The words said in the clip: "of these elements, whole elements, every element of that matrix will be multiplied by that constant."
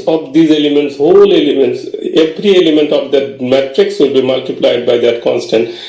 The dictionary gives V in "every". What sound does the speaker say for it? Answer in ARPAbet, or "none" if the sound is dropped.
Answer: P